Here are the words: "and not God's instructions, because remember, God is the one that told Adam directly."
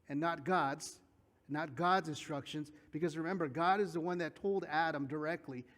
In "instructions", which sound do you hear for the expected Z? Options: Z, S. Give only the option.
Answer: Z